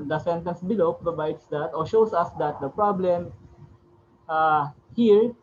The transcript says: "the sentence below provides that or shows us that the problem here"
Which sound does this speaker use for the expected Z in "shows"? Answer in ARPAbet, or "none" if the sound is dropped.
S